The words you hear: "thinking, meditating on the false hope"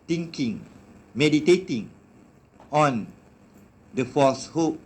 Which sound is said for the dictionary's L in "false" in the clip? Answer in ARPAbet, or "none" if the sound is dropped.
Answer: none